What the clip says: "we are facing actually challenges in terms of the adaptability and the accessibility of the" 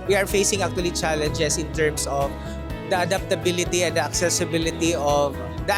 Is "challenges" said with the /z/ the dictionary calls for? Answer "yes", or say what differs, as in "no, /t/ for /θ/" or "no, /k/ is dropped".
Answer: no, /s/ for /z/